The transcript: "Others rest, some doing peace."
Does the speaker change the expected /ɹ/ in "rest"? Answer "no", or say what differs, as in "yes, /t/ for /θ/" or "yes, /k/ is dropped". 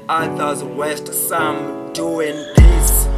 yes, /w/ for /ɹ/